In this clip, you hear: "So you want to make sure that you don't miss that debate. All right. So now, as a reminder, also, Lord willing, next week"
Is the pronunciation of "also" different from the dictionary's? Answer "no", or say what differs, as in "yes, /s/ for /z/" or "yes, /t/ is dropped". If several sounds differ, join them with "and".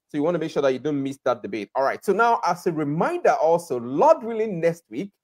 no